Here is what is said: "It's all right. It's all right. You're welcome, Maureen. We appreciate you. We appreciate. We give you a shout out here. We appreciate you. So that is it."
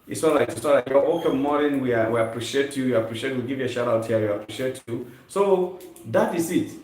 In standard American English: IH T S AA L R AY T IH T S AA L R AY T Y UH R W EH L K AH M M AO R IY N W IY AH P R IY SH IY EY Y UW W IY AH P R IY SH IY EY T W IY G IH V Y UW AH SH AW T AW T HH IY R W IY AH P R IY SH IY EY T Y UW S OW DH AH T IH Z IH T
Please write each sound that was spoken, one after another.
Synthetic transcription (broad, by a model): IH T S AA L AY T IH T S AA L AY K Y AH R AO K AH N M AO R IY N W IY AH P R IY SH IY EY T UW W AH P R IY SH IY EY T W IY G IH V Y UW AH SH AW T AW T HH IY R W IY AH P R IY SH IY EY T Y UW S OW DH AH T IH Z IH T